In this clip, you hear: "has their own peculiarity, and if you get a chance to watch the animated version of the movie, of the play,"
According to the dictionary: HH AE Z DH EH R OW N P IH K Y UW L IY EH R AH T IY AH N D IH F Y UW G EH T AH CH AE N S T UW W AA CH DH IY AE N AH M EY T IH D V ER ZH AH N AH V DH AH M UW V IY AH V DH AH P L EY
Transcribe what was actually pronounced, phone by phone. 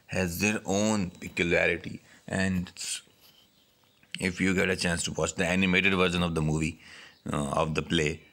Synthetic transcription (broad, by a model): HH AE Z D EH R OW N P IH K Y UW L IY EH R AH T IY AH N D IH F Y UW G EH T AH CH AE N S T UW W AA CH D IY AE N AH M EY T IH D V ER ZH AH N AH V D AH M UW V IY AH V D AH P L EY